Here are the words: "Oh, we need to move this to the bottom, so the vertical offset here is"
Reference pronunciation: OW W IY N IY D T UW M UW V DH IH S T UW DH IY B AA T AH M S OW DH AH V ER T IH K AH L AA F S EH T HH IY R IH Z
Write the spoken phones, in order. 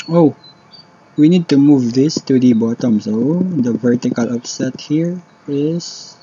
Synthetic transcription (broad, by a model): OW W IY N IY D T UW M UW V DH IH S T UW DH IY B AA T AH M S OW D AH V ER T IH K AH L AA P S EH T HH IY R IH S